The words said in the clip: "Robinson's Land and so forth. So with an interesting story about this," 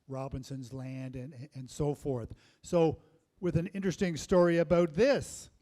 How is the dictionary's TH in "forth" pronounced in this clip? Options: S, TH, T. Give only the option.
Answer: TH